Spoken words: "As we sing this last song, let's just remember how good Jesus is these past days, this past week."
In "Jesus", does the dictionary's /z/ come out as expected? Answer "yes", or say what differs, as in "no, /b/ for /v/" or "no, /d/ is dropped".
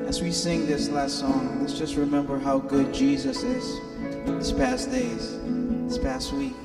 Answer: yes